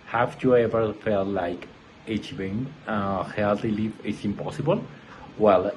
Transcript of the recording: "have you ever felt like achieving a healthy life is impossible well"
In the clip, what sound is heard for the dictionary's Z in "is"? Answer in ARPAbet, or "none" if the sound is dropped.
S